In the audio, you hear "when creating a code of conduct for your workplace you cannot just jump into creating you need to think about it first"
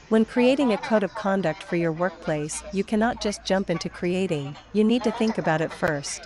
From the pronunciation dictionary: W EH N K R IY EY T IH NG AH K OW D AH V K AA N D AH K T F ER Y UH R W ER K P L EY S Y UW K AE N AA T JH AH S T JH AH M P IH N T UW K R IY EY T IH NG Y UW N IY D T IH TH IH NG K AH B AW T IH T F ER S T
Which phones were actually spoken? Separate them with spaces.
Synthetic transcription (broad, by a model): W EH N K R IY EY T IH NG AH K OW D AH V K AA N D AH K T F ER Y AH R W ER K P L EY S Y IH K AE N AA T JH AH S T JH AH M P IH N T UW K R IY EY T IH NG Y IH N IY D T IH TH IH NG K AH B AW T IH T F ER S T